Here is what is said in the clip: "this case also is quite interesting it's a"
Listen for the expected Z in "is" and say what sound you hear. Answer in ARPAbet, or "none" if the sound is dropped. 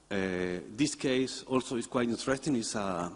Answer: S